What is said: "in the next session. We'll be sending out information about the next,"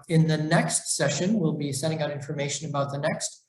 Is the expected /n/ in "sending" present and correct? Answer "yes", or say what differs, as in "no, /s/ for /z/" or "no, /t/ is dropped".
no, /n/ is dropped